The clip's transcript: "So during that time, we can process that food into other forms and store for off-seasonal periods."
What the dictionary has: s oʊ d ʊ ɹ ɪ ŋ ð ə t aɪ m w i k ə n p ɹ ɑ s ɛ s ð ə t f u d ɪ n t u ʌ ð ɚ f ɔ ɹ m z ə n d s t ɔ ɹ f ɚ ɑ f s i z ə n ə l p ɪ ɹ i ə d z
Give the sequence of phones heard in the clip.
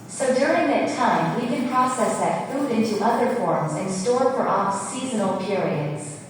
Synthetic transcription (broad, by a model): s oʊ d ʊ ɹ ɪ ŋ ð ə t aɪ m w i k ə n p ɹ ɑ s ɛ s ð ə t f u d ɪ n t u ʌ ð ɚ f ɔ ɹ m z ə n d s t ɔ ɹ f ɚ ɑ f s i z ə n l p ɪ ɹ i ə d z